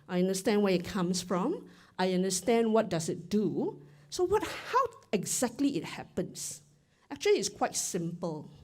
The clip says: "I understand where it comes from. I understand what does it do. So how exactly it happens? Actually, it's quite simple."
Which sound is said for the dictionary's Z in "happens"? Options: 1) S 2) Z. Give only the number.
1